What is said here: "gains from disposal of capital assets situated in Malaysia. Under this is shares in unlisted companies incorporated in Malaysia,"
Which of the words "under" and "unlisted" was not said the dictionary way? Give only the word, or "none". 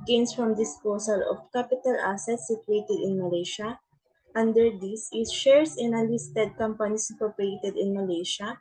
unlisted